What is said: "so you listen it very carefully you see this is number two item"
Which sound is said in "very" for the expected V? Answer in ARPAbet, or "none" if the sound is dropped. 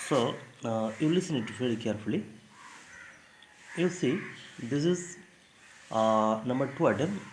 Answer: F